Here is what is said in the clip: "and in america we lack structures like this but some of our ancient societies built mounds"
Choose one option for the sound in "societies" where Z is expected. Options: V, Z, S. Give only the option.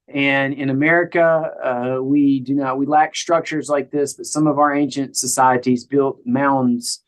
Z